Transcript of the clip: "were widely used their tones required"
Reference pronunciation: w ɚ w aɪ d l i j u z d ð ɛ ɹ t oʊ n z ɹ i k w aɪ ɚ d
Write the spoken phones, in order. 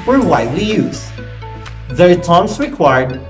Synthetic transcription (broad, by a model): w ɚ w aɪ d l i j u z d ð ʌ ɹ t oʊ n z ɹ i k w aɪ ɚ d